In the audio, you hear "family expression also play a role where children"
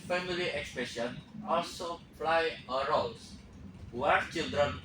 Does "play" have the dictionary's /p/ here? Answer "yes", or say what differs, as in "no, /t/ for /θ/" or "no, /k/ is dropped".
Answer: no, /f/ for /p/